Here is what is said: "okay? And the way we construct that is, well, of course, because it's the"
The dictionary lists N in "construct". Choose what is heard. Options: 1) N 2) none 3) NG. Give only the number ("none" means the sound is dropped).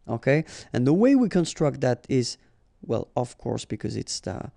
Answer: 1